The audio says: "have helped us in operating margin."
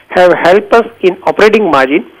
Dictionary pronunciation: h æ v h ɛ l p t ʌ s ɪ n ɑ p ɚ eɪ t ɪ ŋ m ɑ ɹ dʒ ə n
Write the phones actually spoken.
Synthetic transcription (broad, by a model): h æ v h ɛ l p ʌ s ɪ n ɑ p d eɪ t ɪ ŋ m ɑ ɹ dʒ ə n